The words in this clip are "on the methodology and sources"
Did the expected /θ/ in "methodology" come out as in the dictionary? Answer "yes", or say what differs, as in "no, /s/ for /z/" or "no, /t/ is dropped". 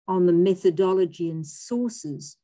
yes